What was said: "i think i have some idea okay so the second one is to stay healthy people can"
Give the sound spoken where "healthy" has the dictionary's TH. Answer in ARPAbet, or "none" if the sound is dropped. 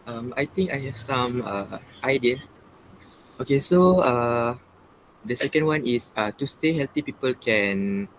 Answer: T